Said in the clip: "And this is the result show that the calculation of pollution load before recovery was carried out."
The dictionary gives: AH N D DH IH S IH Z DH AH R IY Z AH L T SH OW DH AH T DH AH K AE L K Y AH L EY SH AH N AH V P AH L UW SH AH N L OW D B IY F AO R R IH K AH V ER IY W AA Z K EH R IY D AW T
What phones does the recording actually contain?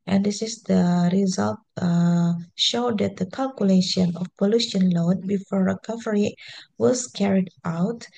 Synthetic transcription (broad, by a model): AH N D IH S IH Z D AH R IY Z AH L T SH OW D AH T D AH K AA L K Y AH L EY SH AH N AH F P AH L UW SH AH N L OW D B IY F AO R R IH K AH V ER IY W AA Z K EH R IY D AW T